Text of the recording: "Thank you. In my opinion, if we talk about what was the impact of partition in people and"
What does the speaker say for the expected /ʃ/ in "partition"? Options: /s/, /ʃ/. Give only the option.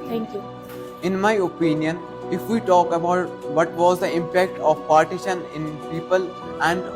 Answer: /ʃ/